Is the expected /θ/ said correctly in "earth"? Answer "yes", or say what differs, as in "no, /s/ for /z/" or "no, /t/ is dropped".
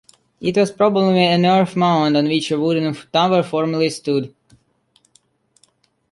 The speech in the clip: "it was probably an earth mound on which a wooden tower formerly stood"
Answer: no, /f/ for /θ/